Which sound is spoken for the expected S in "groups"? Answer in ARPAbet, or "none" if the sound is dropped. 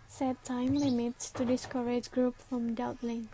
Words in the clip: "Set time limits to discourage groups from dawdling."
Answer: none